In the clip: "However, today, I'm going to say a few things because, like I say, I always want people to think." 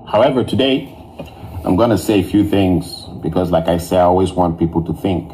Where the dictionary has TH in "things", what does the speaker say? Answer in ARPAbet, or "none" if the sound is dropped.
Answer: TH